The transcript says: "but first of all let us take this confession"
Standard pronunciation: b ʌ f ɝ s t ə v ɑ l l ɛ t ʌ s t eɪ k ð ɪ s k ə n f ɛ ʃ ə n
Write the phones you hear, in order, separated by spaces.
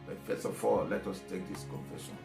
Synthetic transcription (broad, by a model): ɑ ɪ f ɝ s ə f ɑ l l ɛ t ʌ s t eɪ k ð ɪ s k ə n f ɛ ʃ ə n